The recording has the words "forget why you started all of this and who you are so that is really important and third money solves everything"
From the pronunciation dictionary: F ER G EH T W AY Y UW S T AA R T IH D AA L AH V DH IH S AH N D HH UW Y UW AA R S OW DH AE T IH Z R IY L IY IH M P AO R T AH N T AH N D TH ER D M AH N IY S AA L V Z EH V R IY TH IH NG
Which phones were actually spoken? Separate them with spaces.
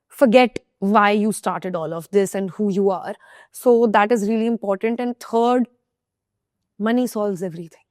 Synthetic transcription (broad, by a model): F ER G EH T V AY Y UW S T AA R T IH D AA L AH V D IH S AH N D HH UW Y UW AA R S OW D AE T IH Z R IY L IY IH M P AO R T AH N T AH N D T ER D M AH N IY S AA L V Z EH V R IY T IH NG